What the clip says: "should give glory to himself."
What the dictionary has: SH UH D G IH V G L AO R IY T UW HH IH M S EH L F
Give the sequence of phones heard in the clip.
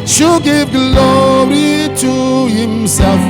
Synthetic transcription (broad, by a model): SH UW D G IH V G L AO R IY T UW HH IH M S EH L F